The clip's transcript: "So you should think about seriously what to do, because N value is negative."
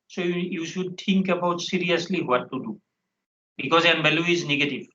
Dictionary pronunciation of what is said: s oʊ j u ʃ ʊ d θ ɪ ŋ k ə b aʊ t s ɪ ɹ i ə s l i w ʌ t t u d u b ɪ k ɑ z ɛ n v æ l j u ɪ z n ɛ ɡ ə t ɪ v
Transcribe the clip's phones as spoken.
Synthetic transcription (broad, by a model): s oʊ j u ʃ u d t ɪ ŋ k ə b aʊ t s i ɹ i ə s l i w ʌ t t u d u b ɪ k ɑ z ɛ n b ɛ l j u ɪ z n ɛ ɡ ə t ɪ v